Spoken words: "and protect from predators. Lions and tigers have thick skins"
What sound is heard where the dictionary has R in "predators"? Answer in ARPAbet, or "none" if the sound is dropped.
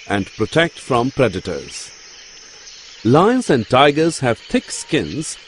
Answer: R